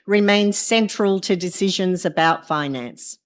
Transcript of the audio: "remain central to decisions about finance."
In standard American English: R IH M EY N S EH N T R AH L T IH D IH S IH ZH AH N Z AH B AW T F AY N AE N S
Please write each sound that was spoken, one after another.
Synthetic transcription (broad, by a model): R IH M EY N S EH N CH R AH L T IH D IH S IH ZH AH N Z AH B AW T F AY N AE N S